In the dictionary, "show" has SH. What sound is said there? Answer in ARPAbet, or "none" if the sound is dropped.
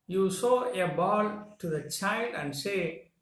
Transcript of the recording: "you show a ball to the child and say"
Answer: S